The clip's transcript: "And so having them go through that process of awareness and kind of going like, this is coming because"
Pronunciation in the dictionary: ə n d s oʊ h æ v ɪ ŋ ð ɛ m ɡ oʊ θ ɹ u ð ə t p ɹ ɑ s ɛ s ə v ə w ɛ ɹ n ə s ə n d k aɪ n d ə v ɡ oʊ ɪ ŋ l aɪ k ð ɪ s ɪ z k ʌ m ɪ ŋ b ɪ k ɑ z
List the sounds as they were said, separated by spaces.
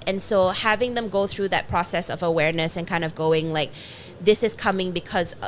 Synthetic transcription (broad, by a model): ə n s oʊ h æ v ɪ ŋ ð ɛ m ɡ oʊ θ ɹ u ð ə t p ɹ ɑ s ɛ s ə v ə w ɛ ɹ n ə s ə n k aɪ n d ə v ɡ oʊ ɪ ŋ l aɪ k ð ɪ s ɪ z k ʌ m ɪ ŋ b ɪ k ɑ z